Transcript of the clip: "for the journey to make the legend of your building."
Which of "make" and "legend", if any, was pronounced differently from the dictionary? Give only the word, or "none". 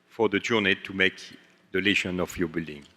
legend